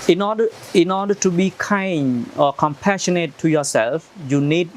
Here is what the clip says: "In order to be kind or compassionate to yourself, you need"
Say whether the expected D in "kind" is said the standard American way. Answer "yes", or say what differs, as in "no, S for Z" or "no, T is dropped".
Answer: no, D is dropped